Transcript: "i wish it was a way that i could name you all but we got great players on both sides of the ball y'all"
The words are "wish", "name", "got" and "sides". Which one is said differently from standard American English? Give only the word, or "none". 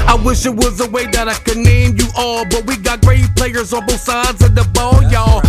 none